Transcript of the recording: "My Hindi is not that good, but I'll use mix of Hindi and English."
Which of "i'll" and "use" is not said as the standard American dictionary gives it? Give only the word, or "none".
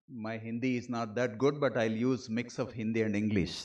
none